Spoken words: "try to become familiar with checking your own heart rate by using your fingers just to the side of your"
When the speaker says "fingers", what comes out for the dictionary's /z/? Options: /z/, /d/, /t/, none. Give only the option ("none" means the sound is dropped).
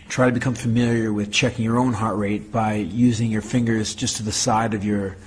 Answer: /z/